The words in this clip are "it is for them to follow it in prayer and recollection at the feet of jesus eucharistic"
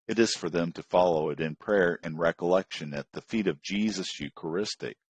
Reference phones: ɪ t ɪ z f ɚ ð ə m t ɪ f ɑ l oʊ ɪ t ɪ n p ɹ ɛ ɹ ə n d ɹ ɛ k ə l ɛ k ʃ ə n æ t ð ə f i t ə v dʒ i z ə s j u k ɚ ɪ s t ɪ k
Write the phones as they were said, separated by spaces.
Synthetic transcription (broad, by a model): ɪ t ɪ z f ɚ ð ə m t ɪ f ɑ l oʊ ɪ t ɪ n p ɹ ɛ ɹ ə n ɹ ɛ k ə l ɛ k ʃ ə n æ t ð ə f i t ə v dʒ i z ə s j u k ɚ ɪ s t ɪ k